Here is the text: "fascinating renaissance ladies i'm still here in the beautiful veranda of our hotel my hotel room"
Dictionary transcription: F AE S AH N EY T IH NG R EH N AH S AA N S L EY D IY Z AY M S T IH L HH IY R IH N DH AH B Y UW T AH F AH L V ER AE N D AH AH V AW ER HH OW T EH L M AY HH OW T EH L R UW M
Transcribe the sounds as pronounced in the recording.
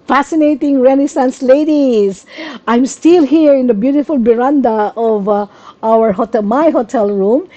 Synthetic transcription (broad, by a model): F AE S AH N EY T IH NG R EH N AH S AA N S L EY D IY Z AY M S T IH L HH IY R IH N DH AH B Y UW T AH F AH L B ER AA N D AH AH V AW ER HH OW T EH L M AY HH OW T EH L R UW M